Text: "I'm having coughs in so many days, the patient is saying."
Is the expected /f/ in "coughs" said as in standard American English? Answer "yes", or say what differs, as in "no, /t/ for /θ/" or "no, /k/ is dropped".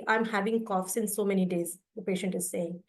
yes